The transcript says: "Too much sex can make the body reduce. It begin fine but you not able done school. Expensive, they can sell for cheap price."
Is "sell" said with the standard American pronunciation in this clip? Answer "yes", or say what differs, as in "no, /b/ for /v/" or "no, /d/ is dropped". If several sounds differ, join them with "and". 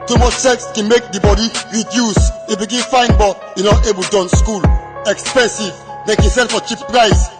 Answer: no, /n/ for /l/